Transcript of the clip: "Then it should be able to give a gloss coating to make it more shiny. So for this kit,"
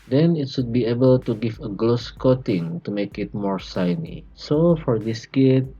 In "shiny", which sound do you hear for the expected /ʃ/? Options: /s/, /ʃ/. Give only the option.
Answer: /s/